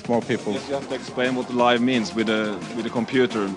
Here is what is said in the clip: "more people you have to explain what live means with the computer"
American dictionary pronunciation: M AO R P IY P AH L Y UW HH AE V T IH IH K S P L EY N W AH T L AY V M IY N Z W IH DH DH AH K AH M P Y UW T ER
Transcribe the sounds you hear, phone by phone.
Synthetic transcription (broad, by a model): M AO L P IY P AH L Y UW HH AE F T IH IH K S P L EY N W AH T L AY V M IY N Z W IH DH DH AH K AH M P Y UW T ER